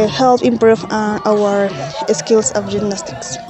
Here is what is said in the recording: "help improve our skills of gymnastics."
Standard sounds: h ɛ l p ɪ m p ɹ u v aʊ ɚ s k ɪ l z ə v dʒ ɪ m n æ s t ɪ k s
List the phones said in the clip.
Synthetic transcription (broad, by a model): h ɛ l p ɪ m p ɹ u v aʊ ɚ s k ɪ l s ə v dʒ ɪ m n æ s t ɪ k s